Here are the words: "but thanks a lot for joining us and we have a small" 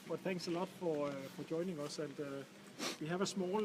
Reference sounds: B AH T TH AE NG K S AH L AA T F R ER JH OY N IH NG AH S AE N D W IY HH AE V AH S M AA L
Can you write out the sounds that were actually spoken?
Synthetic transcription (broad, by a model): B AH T TH AE NG K S AH L AA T F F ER JH OY N IH NG AH S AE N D W IY HH AE V AH S M AA L